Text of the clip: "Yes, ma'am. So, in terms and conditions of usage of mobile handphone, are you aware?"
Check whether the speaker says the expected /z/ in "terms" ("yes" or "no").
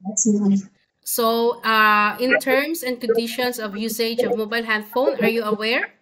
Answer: no